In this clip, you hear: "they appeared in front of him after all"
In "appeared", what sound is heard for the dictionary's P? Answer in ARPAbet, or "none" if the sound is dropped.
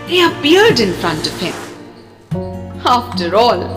B